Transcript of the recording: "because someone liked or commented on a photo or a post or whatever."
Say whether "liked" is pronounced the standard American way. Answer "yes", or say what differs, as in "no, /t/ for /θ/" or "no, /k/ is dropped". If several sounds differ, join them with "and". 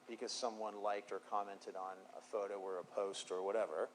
yes